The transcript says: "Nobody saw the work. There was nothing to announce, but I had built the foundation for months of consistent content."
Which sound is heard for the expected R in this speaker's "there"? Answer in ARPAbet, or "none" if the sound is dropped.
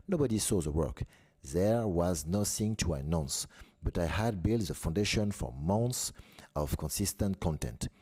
R